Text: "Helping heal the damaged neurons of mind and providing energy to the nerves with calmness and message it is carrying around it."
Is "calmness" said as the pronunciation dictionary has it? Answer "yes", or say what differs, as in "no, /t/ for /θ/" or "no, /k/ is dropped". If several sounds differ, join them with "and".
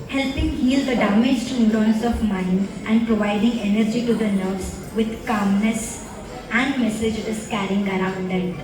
yes